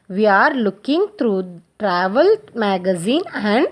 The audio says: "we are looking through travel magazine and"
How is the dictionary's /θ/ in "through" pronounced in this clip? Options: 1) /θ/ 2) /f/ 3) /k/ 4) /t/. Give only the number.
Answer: 4